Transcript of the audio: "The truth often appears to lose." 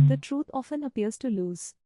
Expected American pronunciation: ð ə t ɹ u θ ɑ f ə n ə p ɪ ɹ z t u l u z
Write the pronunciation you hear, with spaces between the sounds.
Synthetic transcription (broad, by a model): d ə t ɹ u t ɑ f ə n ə p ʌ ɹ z t u l u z